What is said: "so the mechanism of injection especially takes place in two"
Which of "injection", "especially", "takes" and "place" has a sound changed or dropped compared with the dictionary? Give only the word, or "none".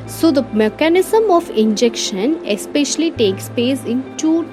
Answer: place